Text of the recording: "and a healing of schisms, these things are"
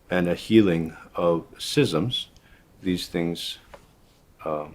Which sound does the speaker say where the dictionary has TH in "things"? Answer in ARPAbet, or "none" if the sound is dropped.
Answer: TH